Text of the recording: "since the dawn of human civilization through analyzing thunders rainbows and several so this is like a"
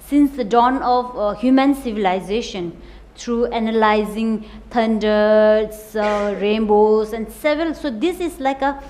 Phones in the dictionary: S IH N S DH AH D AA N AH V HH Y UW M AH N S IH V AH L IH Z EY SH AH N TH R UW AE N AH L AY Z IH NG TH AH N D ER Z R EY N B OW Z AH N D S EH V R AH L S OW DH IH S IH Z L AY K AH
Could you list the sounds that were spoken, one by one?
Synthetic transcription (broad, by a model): S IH N S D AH D AA N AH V HH Y UW M AH N S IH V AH L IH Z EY SH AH N T R UW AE N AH L AY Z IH NG T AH N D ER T R EY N B OW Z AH N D S EH V R AH L S OW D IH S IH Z L AY K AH